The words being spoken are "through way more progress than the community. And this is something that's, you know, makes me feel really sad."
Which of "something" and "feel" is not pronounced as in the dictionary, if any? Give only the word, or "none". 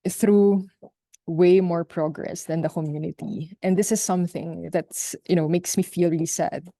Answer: none